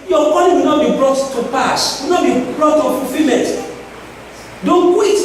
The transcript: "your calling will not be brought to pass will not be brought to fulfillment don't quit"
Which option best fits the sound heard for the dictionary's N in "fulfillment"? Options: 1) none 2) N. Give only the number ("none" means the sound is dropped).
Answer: 1